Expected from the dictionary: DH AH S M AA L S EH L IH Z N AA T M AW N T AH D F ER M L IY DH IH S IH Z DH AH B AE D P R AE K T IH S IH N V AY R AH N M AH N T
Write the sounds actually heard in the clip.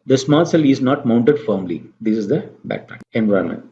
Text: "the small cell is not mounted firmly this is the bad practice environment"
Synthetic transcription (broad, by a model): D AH S M AA L S EH L IH Z N AA T M AW N T AH D F ER M L IY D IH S IH Z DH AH B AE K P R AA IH IH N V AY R M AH N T